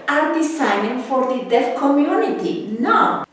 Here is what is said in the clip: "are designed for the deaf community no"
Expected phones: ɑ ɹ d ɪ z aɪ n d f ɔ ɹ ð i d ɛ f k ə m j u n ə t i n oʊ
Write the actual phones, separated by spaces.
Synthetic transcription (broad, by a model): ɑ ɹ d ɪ s aɪ n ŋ f ɔ ɹ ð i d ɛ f k ə m j u n ə t i n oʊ